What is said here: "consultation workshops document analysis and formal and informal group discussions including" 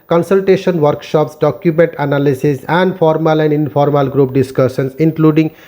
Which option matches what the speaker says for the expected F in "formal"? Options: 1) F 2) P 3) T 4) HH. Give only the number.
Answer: 2